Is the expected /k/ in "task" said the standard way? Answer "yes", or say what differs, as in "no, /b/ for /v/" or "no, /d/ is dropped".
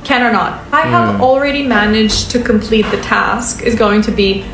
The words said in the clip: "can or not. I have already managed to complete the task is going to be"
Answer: yes